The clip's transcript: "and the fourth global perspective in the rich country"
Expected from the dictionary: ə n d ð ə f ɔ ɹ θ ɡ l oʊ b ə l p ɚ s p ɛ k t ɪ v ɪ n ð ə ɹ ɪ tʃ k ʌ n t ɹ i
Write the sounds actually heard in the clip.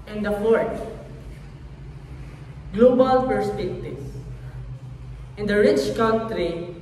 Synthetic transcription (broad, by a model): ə n d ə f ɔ ɹ t ɡ l oʊ b ə l p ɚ s p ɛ k t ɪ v ɪ n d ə ɹ ɪ tʃ k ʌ n t ɹ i